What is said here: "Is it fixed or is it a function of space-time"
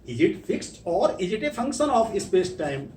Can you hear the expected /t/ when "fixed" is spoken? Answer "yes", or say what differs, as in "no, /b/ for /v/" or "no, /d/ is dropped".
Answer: yes